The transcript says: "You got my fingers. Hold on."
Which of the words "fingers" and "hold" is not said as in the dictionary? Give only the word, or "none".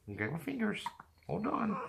none